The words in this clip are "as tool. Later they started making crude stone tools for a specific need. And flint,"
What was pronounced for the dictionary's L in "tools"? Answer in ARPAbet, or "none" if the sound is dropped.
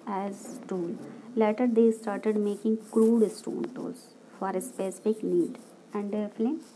none